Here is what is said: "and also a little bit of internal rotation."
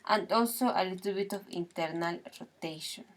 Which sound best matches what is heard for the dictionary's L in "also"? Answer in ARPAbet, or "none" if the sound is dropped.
none